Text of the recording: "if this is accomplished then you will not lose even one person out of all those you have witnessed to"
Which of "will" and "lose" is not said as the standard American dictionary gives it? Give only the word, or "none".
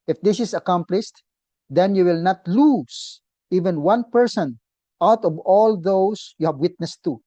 lose